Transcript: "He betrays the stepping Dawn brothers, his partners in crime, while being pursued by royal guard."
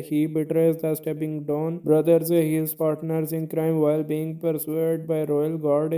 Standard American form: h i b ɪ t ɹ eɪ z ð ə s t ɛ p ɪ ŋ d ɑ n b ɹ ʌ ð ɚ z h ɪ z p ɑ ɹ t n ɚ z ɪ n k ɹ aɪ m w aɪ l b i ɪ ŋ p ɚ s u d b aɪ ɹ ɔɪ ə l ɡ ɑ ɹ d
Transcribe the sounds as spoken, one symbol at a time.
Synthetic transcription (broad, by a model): h i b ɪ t ɹ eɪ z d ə s t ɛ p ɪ ŋ d ɑ n b ɹ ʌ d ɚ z h ɪ z p ɑ ɹ t n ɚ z ɪ n k ɹ aɪ m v aɪ l b i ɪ ŋ p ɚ s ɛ d b aɪ ɹ ɔɪ ə l ɡ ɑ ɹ d